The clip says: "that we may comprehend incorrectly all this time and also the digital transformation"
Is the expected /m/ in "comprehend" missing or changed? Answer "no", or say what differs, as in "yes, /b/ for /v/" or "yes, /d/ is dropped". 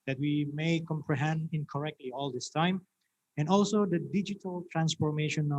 no